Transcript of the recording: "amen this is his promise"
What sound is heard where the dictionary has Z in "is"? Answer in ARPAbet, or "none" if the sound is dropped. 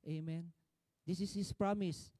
S